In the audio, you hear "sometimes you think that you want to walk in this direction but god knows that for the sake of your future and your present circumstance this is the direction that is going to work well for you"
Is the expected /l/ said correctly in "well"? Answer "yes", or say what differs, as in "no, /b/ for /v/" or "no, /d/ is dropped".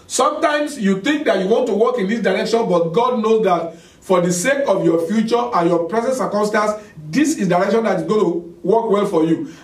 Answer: yes